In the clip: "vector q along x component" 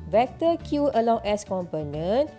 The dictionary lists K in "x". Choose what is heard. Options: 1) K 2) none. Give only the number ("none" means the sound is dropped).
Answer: 2